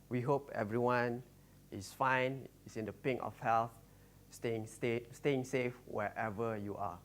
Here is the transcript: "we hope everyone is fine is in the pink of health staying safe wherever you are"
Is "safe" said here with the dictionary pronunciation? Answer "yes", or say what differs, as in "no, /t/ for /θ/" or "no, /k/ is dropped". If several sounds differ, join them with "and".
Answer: yes